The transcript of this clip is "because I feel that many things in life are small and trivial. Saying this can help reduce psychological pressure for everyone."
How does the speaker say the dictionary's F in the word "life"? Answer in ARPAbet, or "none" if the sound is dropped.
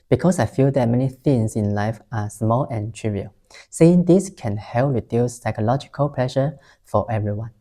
F